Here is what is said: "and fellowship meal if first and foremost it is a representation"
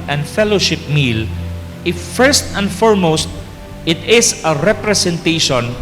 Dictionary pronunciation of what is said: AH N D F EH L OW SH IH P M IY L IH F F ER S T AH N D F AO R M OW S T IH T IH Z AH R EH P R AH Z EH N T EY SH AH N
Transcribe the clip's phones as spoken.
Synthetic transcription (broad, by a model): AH N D F EH L OW SH IH P M IY L IH F F ER S T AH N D F AO R M OW S T IH T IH S AH R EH P R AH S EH N T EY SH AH N